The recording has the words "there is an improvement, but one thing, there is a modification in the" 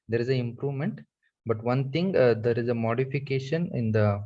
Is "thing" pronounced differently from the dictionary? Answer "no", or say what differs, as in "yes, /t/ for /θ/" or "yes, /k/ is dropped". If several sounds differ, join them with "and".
yes, /t/ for /θ/